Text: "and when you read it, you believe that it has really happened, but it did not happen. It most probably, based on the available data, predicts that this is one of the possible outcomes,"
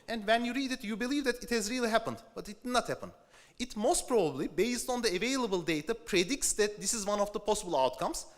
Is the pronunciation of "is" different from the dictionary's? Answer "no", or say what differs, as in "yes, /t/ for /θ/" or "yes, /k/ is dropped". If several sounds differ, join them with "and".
no